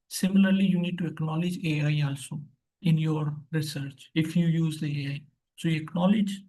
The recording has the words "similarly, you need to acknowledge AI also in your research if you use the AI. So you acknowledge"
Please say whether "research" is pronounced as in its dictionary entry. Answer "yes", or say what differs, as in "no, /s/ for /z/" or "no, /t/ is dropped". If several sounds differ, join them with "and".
yes